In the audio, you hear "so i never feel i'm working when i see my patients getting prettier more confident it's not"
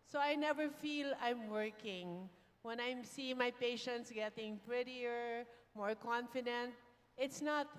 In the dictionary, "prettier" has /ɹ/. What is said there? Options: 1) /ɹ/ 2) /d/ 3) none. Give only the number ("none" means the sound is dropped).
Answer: 1